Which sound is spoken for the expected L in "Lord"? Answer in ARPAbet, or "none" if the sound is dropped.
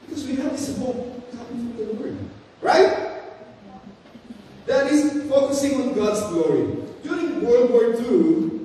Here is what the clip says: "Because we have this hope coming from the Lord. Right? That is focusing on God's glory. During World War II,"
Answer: W